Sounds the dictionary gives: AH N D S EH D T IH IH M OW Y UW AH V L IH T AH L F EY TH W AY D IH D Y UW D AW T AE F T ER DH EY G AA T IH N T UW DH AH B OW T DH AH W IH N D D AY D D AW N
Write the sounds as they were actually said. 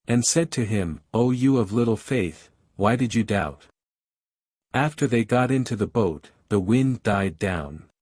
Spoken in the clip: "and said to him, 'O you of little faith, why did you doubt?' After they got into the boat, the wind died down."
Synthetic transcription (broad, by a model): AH N S EH D T IH IH M OW Y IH AH V L IH T L F EY TH W AY D IH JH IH D AW T AE F T ER DH EY G AA T IH N T UW DH AH B OW T DH AH W IH N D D AY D D AW N